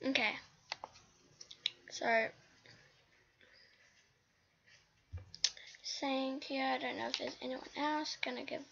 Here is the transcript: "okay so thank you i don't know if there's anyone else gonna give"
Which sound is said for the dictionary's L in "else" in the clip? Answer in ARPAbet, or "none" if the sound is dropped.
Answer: L